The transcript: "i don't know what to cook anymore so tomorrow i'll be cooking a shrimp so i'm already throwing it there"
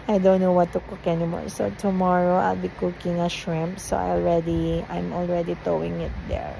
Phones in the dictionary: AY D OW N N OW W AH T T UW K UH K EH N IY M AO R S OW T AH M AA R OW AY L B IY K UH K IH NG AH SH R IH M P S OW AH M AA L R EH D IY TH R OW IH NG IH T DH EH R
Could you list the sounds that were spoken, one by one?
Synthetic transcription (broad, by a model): AY D OW N N OW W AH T T UW K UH K EH N IY M AO R S OW T AH M AA R OW AY L B IY K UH K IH NG AH SH R IH M P S OW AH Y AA L R EH D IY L R OW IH NG IH T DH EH R